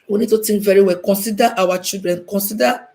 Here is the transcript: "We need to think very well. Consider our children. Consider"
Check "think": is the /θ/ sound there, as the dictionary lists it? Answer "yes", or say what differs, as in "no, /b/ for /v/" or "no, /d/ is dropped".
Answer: no, /t/ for /θ/